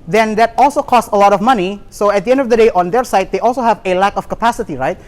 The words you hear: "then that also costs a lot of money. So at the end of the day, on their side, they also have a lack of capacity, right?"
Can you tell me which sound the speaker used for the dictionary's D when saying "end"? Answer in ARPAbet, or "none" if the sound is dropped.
D